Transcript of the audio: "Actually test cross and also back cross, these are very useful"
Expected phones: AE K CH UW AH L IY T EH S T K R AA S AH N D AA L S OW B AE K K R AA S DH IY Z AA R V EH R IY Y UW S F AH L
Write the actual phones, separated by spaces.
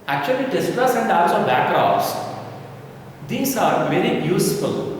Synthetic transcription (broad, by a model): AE K CH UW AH L IY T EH S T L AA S AH N D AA S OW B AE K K R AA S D IY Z AA R V EH R IY Y UW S F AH L